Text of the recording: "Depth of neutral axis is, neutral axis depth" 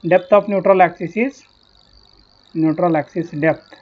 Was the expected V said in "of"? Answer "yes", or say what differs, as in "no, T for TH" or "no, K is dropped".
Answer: no, P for V